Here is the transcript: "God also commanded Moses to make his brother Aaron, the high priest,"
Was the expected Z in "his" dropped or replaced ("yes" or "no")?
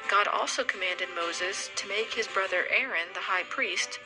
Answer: no